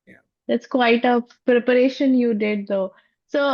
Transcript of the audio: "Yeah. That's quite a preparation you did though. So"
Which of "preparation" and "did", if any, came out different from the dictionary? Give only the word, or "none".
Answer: none